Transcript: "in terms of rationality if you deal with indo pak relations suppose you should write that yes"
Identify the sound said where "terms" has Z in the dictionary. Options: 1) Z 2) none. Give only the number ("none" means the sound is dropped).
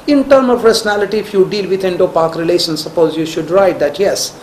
2